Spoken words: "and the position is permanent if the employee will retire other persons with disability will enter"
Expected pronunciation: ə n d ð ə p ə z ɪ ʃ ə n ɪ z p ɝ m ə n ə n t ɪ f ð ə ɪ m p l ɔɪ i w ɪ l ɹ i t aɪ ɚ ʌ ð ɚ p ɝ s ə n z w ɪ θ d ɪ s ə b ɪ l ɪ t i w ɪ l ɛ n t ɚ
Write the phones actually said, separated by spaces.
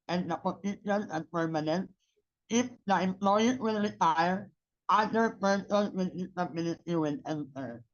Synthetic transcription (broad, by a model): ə n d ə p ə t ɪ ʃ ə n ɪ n p ɝ m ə n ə n t ɪ f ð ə ɪ m p l ɔɪ i w ɪ l ɹ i t aɪ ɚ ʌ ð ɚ p ɝ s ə n w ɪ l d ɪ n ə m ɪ n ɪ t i w ɪ l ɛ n t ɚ